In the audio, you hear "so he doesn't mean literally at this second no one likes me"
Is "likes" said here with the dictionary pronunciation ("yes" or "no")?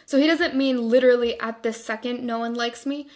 yes